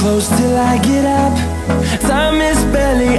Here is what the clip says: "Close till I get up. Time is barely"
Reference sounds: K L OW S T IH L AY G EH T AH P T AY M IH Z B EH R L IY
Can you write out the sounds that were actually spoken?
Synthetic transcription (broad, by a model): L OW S T IH L AY G EH T AH P S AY M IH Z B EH L IY